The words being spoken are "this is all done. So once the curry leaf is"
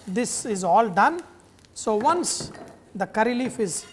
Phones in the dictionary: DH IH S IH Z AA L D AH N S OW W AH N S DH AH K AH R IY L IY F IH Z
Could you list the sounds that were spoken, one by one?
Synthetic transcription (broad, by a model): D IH S IH Z AA L D AH N S OW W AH N S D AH K AH R IY L IY F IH Z